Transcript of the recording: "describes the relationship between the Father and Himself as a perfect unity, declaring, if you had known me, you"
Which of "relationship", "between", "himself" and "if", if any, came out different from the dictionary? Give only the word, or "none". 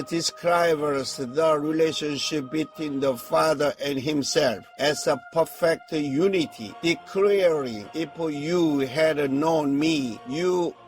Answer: if